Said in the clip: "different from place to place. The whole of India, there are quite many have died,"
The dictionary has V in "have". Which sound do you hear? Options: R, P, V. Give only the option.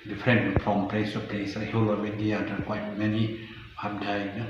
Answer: P